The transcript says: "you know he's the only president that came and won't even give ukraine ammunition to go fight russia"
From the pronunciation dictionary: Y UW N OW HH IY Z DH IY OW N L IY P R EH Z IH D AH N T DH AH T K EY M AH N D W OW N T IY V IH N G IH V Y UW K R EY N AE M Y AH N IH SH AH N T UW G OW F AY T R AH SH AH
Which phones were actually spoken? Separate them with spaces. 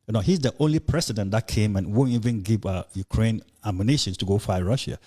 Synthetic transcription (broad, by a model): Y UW N OW HH IY Z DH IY OW N L IY P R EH S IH D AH N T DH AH T K EY M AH N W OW N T IY V IH N G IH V Y UW K R EY N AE M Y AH N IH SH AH N T UW G OW F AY R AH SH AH